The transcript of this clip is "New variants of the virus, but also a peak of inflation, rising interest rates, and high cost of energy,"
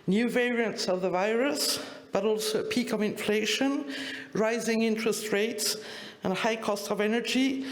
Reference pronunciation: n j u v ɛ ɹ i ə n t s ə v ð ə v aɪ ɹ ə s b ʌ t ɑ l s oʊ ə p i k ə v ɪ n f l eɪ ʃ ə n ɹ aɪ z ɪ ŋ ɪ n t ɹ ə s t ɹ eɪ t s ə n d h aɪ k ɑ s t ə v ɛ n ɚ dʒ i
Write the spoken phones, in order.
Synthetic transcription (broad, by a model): n j u v ɛ ɹ i ə n t s ə v ð ə v aɪ ɹ ə s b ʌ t ɑ l s oʊ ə p i k ə v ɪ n f l eɪ ʃ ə n ɹ aɪ z ɪ ŋ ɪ n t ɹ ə s t ɹ eɪ t s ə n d h aɪ k ɑ s t ə v ɛ n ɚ dʒ i